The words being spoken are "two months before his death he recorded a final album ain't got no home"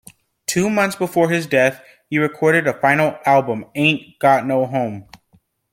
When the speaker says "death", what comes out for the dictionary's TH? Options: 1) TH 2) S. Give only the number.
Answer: 1